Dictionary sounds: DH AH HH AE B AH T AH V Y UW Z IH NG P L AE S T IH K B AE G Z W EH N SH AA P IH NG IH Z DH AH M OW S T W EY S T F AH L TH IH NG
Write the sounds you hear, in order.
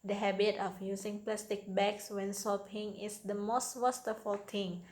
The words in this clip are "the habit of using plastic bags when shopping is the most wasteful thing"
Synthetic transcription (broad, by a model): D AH HH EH B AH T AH F Y UW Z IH NG P L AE S T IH K B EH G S W EH N S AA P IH NG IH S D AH M OW S T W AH S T F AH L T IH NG